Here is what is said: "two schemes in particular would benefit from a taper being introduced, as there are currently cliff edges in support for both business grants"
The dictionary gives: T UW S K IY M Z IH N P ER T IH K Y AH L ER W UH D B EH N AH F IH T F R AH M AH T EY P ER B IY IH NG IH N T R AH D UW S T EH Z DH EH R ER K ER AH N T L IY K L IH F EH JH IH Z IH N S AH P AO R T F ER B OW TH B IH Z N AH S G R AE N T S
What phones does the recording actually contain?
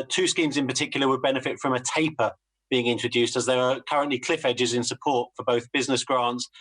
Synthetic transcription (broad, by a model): T UW S K IY M Z IH N P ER T IH K Y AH L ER W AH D B EH N AH F IH T F R AH M AH T EY P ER B IY IH NG IH N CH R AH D UW S T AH Z DH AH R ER K ER AH N T L IY K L IH F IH JH IH Z IH N S AH P AO T F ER B OW TH B IH Z N AH S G R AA N T S